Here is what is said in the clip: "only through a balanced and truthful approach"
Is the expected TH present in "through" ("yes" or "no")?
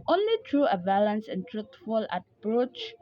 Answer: no